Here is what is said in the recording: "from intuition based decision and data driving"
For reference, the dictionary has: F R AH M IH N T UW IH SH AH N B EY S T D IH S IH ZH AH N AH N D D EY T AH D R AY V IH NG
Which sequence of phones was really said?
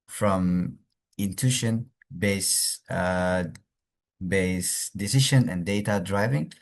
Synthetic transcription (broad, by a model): F R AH M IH N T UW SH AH N B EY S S D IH S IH SH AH N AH N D D EY T AH D R AY V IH NG